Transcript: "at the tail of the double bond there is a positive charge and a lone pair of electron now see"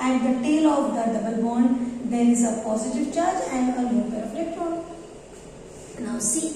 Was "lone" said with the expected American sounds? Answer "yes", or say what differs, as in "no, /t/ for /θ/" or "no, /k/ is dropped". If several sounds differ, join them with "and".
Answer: no, /n/ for /l/